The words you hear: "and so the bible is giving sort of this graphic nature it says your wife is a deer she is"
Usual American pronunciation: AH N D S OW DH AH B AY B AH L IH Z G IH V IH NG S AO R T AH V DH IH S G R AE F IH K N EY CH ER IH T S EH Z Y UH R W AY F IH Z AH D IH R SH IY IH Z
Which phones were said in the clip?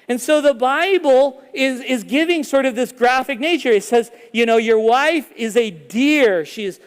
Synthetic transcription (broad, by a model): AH N S OW DH AH B AY B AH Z IH Z G IH V IH NG S AO R T AH V DH IH S G R AE F IH K N EY CH ER IH T S EH Z Y UH R W AY F IH Z AH D IH R SH IY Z